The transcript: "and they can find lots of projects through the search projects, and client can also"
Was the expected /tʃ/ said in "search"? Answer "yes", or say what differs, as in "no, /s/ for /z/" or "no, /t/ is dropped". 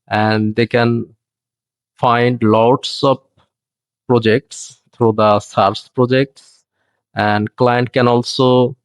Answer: no, /s/ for /tʃ/